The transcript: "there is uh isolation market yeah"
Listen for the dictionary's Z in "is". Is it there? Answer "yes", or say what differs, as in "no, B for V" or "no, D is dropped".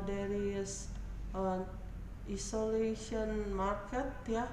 no, S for Z